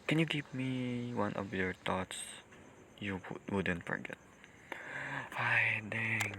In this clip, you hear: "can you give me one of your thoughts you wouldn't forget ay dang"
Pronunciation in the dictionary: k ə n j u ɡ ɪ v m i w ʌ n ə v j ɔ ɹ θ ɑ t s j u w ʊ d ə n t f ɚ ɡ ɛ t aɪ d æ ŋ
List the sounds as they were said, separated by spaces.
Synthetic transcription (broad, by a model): k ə n j u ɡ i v m i w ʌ n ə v j ɔ ɹ t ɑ t s j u w ʊ d ə n t f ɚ ɡ ɛ t aɪ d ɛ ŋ